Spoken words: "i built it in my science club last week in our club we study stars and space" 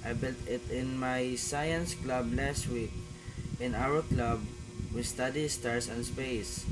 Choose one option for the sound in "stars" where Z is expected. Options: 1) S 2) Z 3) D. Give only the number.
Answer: 1